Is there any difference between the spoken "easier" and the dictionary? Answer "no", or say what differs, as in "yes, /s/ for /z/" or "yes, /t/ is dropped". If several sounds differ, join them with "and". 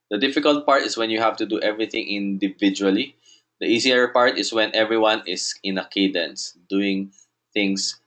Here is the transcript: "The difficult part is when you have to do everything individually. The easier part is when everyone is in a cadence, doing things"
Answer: yes, /s/ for /z/